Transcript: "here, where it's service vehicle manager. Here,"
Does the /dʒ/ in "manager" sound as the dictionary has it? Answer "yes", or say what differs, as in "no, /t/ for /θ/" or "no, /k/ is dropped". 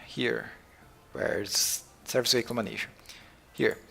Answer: no, /ʃ/ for /dʒ/